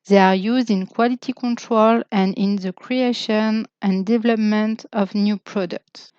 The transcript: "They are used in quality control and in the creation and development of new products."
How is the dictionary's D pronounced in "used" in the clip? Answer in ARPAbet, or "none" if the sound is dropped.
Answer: D